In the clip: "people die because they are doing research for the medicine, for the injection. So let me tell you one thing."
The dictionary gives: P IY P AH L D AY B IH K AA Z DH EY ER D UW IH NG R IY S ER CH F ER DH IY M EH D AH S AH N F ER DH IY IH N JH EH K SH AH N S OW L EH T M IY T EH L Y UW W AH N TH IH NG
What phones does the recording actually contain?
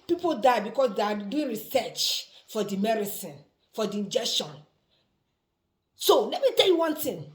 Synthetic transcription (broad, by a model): P IY P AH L D AY B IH K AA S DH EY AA D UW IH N R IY S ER CH F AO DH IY M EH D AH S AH N F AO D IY IH N JH EH K SH AH N S OW L EH T M IY T EH L Y UW W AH N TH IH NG